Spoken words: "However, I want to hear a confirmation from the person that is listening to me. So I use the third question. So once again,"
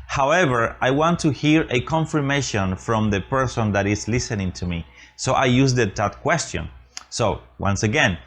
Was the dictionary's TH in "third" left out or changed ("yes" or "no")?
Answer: yes